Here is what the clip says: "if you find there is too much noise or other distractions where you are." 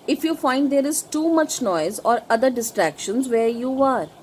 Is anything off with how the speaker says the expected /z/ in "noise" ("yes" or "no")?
no